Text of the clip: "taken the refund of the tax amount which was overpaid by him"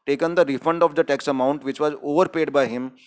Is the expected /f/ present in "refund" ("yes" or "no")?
yes